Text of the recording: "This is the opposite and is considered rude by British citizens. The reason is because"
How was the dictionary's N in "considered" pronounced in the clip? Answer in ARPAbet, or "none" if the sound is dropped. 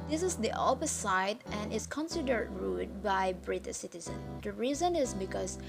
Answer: N